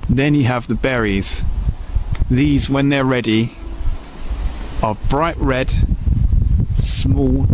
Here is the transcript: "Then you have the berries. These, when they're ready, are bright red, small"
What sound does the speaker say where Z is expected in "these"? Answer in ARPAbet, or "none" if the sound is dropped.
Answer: Z